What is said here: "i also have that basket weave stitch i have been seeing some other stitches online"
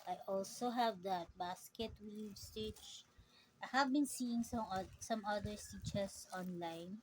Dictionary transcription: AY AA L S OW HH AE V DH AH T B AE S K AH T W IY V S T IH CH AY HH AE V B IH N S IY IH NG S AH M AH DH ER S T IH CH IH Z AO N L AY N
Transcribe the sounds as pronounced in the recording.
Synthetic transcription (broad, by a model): AY AA L S OW HH AE V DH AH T B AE S K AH T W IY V S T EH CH AY HH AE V B IH N S IY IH NG S AH M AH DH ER S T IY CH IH S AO N L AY N